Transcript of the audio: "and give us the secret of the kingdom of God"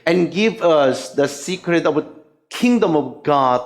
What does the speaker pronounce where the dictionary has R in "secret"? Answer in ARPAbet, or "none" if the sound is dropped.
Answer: R